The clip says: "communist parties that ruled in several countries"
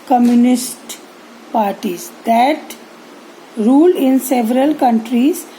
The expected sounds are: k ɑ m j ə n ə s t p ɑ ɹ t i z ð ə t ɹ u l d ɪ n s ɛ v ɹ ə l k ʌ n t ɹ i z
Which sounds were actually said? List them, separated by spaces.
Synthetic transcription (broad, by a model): k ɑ m j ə n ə s t p ɑ ɹ t i z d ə t ɹ u l ɪ n s ɛ v ɹ ə l k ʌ n t ɹ i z